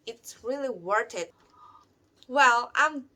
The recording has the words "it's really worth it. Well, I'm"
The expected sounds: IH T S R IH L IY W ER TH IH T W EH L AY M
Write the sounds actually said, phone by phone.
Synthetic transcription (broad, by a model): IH T S R IH L IY W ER T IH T W EH L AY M